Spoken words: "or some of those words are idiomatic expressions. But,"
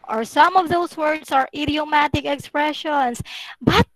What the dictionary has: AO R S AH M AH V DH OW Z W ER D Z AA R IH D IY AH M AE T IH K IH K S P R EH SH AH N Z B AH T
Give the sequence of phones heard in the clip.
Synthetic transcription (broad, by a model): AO R S AH M AH V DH OW S W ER D S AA R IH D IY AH M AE T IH K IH K S P R EH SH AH N S B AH T